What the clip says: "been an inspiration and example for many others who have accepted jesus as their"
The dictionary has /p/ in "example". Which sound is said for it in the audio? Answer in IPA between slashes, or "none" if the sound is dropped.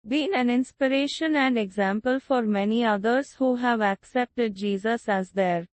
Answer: /p/